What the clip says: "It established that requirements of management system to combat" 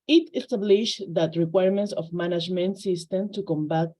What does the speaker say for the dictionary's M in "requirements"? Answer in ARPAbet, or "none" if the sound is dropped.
M